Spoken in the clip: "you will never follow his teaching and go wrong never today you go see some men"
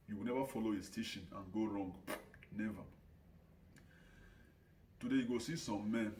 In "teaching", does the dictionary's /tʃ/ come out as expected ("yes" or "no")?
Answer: no